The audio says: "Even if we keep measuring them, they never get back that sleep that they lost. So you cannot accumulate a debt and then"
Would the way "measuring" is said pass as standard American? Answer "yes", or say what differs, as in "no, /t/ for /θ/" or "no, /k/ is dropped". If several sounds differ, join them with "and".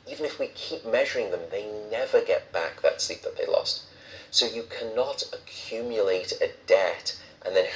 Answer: yes